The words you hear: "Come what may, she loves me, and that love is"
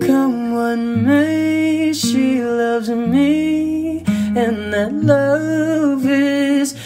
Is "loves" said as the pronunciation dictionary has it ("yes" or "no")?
yes